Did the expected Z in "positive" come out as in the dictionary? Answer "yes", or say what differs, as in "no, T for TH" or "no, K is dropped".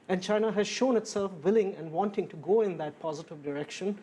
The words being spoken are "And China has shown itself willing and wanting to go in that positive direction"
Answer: yes